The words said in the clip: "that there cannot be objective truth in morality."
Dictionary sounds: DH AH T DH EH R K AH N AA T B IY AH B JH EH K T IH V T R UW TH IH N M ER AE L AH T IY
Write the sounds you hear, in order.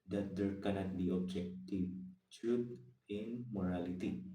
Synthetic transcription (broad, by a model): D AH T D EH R K AH N AA T B IY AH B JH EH K T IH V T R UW T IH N M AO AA L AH T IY